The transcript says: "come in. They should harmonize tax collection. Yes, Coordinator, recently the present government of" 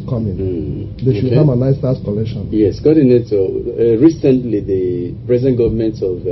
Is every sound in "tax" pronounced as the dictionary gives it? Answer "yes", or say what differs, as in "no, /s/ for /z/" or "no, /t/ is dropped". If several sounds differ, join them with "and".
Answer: no, /k/ is dropped